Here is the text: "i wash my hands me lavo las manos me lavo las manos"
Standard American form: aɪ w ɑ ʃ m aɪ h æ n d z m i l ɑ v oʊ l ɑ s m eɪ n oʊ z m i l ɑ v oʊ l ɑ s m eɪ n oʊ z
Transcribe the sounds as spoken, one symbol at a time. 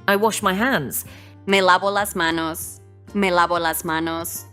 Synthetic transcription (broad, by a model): aɪ w ɑ ʃ m aɪ h æ n d z m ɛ l ɑ b oʊ l ɑ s m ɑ n oʊ s m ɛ l ɑ b oʊ l ɑ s m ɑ n oʊ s